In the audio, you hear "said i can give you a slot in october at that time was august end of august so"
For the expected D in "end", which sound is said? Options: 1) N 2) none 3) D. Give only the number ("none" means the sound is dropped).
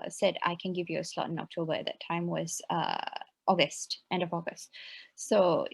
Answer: 3